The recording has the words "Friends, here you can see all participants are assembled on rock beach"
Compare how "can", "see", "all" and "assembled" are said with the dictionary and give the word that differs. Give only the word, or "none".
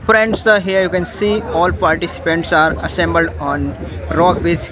none